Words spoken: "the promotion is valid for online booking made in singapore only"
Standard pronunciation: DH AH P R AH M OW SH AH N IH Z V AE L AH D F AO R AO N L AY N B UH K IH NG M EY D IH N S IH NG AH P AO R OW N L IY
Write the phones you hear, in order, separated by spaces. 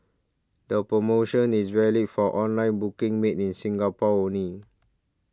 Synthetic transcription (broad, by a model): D AH P R AH M OW SH AH N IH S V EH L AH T F AO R AO N L AY N B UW K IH NG M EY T IH N S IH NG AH P AO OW N IY